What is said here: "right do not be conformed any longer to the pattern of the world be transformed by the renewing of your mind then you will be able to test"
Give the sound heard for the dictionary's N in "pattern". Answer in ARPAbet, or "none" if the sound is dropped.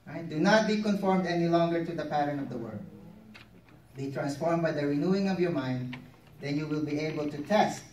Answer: N